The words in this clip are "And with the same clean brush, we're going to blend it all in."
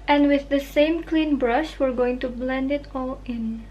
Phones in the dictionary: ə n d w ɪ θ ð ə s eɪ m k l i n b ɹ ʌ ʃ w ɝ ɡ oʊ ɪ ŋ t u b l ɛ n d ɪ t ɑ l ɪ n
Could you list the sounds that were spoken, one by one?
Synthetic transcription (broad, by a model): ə n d w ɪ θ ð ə s eɪ m k l i n b ɹ ʌ ʃ w ɝ ɡ oʊ ɪ ŋ t u b l ɛ n d ɪ t ɑ l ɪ n